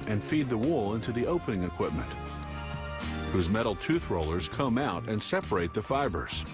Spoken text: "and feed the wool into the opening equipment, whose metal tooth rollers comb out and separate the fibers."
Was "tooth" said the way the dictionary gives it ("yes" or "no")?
yes